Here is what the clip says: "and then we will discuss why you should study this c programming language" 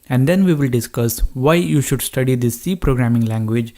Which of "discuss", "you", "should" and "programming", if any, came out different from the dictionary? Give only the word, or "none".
none